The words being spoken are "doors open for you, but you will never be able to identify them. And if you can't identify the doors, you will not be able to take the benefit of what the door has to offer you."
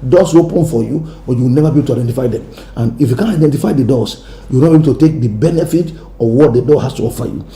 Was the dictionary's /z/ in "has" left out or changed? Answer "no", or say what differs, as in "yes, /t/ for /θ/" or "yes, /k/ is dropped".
yes, /s/ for /z/